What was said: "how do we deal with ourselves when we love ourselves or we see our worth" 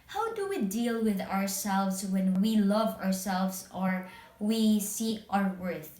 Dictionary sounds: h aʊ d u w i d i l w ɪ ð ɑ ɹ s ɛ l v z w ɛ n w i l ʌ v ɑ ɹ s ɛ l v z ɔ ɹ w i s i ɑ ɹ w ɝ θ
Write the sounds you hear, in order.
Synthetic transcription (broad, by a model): h aʊ d u w i d i l w ɪ ð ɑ ɹ s ɛ l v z w ɛ n w i l ʌ v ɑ ɹ s ɛ l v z ɔ ɹ w i s i ɑ ɹ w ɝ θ